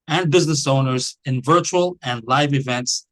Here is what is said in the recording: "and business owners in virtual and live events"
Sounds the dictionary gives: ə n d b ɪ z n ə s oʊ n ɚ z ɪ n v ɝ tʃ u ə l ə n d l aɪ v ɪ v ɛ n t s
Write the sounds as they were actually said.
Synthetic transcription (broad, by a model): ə n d b ɪ z n ə s oʊ n ɚ z ɪ n v ɝ tʃ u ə l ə n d l aɪ v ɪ v ɛ n t s